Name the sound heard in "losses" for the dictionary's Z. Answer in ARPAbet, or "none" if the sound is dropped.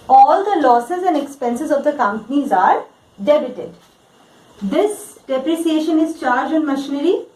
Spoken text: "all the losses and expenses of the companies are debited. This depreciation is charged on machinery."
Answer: Z